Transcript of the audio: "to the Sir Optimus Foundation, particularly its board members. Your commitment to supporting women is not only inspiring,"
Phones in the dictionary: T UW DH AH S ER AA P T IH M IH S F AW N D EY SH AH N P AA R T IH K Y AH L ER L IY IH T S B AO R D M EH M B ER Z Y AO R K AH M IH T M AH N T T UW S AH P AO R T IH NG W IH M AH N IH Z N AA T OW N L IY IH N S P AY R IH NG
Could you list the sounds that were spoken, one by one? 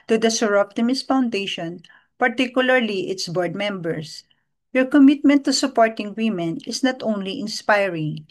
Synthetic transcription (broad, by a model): T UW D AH S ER AA P T IH M IH S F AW N D EY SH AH N P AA R T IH K Y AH L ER L IY IH T S B AO R D M EH M B ER S Y AO R K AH M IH T M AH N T T UW S AH P AO R T IH NG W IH M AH N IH S N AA T OW N L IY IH N S P AY R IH NG